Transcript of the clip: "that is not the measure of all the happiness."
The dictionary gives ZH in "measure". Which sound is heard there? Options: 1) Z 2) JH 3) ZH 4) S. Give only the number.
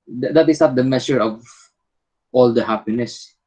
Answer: 4